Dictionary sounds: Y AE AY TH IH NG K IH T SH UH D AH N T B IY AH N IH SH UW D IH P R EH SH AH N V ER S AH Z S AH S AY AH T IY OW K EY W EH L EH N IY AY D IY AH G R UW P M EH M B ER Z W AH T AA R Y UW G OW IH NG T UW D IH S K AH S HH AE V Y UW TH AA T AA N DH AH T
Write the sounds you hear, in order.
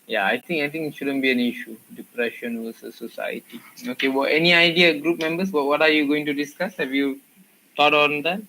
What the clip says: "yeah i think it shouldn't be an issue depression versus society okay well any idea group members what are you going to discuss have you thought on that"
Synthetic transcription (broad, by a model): Y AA AY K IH NG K IH T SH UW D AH N B IY AH N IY SH UW D IH P R EH SH AH N W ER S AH S AH S AY AH T IY OW K EY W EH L EH N IY AY D IY AH G R UW P M EH M B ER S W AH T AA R Y UW G OW IH NG T UW D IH S K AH S HH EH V Y UW T AA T AA N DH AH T